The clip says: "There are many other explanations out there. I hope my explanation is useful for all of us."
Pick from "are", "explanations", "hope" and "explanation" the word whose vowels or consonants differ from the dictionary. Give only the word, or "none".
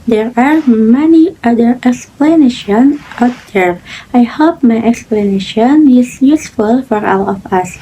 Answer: explanations